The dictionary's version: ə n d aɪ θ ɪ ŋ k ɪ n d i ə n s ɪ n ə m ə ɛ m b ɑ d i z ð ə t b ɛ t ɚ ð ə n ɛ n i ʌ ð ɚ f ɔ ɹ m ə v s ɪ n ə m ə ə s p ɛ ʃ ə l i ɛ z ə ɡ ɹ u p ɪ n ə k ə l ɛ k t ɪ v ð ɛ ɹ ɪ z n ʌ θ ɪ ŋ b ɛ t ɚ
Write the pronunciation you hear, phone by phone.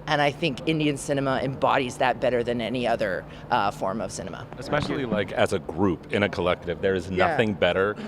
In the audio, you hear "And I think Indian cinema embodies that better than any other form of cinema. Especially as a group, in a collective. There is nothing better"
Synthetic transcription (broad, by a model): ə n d aɪ θ ɪ ŋ k ɪ n d i ə n s ɪ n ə m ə ɛ m b ɑ d i z ð ə t b ɛ t ɚ ð ə n ɛ n i ʌ ð ɚ f ɔ ɹ m ə v s ɪ n ə m ə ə s p ɛ ʃ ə l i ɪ z ə ɡ ɹ u p ɪ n ə k ə l ɛ k t ɪ v ð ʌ ɹ ɪ z n ʌ θ ɪ ŋ b ɛ t ɚ